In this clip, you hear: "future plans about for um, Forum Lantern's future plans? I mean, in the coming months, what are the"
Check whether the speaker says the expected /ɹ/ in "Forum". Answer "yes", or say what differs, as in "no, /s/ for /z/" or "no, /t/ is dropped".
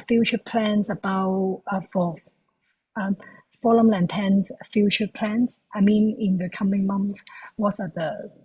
no, /l/ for /ɹ/